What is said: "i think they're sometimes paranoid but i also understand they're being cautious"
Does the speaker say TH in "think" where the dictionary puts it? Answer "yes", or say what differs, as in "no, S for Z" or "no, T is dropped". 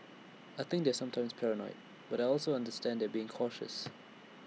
yes